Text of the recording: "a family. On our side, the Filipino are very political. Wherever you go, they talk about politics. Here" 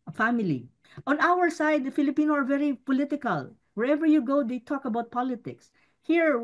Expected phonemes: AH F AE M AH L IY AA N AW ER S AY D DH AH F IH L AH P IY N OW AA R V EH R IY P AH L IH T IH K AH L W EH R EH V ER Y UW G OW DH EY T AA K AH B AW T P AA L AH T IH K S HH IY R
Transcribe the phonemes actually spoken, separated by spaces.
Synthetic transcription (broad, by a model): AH F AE M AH L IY AA N AW ER S AY D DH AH F IH L AH P IY N OW AA R V EH R IY P AH L IH T IH K AH L W EH R EH V ER Y UW G OW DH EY T AA K AH B AW T P AA L AH T IH K S HH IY R